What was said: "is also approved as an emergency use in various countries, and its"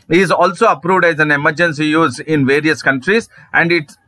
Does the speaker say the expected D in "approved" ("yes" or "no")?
yes